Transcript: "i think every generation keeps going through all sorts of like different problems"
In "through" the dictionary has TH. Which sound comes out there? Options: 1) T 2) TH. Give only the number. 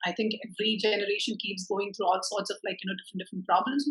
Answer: 1